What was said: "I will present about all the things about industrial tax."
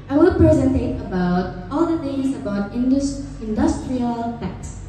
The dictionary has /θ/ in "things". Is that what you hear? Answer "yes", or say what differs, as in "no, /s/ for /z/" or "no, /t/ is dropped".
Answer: no, /t/ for /θ/